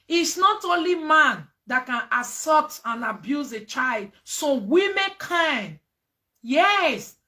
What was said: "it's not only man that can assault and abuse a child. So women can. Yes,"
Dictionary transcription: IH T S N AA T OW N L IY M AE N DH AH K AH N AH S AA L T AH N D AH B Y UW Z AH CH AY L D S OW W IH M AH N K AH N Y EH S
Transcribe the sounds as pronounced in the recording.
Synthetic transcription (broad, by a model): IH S N AA T OW N L IY M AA N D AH K AH N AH S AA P T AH N AH B Y UW Z AH CH AY L D S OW W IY M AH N K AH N Y EH S